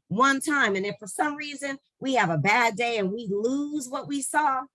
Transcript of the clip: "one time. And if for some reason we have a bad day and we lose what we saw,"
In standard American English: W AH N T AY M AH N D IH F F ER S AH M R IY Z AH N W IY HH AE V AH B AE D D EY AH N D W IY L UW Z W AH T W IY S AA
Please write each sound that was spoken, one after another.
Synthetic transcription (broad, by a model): W AH N T AY M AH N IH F F ER S AH M R IY Z AH N W IY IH V AH B AE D D EY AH N W IY L UW Z W AH T W IY S AA